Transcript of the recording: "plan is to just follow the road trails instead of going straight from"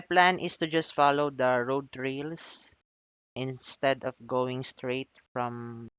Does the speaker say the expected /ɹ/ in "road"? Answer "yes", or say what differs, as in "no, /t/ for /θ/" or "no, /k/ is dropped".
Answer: yes